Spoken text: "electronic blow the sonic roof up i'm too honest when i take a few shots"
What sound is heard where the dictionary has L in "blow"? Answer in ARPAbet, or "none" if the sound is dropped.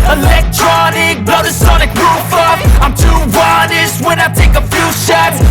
none